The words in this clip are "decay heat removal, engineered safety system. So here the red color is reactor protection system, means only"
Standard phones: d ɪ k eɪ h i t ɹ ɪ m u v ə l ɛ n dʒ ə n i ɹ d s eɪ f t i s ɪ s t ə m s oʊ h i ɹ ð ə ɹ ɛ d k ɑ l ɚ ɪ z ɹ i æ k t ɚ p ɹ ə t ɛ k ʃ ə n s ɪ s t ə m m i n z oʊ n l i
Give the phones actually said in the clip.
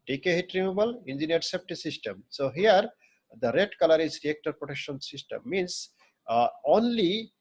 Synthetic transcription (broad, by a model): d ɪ k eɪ h i t ɹ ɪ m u b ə l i n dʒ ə n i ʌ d s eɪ p t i s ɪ s t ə m s oʊ h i ɹ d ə ɹ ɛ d k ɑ l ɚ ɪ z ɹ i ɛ k t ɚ p ɹ ə t ɛ k ʃ ə n s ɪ s t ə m m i n s oʊ n l i